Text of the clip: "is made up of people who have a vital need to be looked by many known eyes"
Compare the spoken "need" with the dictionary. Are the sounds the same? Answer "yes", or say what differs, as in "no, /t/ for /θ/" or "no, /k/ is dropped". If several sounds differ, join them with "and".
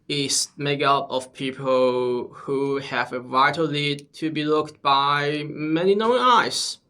no, /l/ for /n/